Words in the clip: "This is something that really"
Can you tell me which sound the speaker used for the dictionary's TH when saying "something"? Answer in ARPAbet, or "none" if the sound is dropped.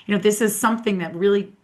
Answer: TH